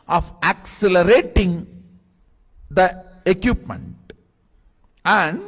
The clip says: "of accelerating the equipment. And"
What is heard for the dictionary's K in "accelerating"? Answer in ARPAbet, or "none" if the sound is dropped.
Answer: K